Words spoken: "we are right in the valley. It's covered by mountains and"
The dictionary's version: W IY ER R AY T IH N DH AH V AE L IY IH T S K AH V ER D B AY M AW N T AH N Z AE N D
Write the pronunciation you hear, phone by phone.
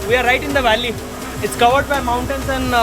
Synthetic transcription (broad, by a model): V IY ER R AY T IH N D AH V AE L IY IH T S K AH V ER D B AY M AW N T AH N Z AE N